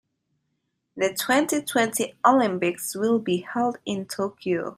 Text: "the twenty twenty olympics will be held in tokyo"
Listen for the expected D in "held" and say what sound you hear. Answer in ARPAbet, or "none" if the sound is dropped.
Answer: D